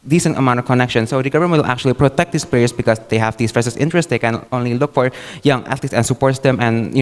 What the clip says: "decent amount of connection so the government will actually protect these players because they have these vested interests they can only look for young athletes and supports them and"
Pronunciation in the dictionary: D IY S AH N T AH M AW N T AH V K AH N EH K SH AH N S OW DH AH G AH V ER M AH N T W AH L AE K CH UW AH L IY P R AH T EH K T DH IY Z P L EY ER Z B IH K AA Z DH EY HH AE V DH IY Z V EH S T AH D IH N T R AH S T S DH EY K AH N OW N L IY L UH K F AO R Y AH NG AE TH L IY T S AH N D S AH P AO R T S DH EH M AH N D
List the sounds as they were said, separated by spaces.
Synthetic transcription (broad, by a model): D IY S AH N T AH M AW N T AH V K AH N EH K SH AH N S OW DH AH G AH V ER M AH L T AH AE K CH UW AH L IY P R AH T EH K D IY S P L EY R S B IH K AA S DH EY HH AE V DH IY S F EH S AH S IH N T R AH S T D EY K AH N OW N L IY L UH K F AO R Y AH NG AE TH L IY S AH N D S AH P AO R T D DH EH M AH N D